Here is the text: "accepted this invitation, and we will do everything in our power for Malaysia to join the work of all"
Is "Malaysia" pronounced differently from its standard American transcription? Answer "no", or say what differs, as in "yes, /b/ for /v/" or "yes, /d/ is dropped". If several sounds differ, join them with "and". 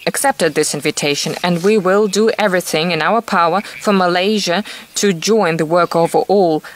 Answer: no